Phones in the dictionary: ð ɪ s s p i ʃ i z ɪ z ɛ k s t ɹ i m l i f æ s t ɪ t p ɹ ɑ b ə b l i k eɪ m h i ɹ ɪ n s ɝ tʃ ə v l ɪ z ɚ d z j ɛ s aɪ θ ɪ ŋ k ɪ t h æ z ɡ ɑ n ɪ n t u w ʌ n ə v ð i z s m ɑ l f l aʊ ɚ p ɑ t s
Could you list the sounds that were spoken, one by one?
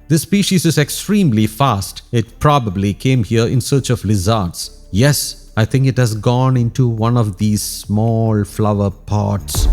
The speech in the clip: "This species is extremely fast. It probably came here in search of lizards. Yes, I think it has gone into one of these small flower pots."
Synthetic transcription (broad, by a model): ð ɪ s s p i ʃ i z ɪ z ɛ k s t ɹ i m l i f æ s t ɪ t p ɹ ɑ b ə b l i k eɪ m h i ɹ ɪ n s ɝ tʃ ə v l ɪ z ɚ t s j ɛ s aɪ t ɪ ŋ k ɪ t h æ z ɡ ɑ n ɪ n t u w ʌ n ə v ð i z s m ɑ l f l aʊ ɚ p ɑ t s